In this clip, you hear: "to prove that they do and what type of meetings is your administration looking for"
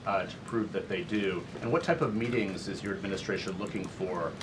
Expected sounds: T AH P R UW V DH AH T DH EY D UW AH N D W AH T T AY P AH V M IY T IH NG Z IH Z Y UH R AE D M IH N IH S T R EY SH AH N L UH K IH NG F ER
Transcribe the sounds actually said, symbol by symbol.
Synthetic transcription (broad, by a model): T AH P R UW V DH AH T DH EY D UW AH N W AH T T AY P AH V M IY T IH NG Z IH Z Y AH R AE D M IH N IH S T R EY SH AH N L UH K IH NG F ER